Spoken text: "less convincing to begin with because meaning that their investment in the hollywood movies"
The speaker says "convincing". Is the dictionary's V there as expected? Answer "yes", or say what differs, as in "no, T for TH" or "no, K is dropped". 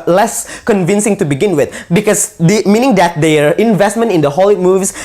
yes